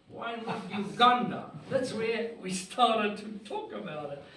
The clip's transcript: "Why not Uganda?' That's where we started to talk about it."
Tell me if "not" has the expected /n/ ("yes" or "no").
no